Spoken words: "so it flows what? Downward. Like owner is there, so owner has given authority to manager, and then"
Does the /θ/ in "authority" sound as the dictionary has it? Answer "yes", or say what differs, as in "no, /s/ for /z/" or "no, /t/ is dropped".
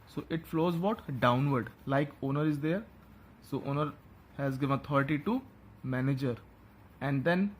no, /t/ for /θ/